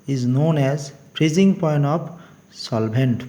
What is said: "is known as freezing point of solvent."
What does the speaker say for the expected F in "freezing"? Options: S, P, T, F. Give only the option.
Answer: P